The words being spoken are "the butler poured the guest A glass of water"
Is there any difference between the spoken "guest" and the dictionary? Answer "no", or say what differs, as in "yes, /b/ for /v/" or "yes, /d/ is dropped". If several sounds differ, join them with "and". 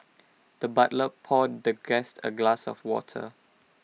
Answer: no